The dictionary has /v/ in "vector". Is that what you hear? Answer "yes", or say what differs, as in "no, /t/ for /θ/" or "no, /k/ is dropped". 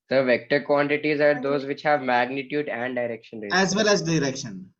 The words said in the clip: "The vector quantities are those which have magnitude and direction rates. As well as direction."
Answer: yes